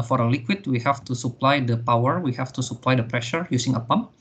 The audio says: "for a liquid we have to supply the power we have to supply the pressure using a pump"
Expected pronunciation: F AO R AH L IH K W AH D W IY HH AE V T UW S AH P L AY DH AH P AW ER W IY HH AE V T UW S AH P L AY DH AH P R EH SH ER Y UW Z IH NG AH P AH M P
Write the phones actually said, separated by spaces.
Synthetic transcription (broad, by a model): F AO R AH L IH K W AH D W IY HH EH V T UW S AH P L AY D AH P AW ER W IY HH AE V T UW S AH P L AY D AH P R EH SH ER Y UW S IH NG AH P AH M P